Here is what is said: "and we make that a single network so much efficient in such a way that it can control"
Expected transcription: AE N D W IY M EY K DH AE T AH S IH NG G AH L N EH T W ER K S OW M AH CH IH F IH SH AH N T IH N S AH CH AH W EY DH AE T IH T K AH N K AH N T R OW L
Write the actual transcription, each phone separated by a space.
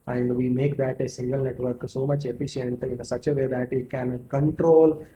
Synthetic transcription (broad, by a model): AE N D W IY M EY K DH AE T AH S IH NG G AH L N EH T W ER K S OW M AH CH IH F IH SH AH N T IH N S AH CH AH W EY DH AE T IH T K AH N K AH N T R OW L